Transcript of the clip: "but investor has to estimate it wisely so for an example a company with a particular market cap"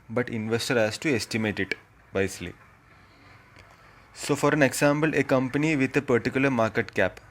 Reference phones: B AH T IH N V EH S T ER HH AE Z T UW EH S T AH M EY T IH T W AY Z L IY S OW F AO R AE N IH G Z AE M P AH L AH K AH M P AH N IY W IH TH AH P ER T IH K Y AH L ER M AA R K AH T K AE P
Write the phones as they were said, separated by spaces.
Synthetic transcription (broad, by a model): B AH T IH N V EH S T ER HH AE S T UW EH S T AH M EY T IH T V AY S L IY S OW F AO R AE N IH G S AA M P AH L AH K AH M P AH N IY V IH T AH P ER T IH K Y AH L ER M AA R K AH T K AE P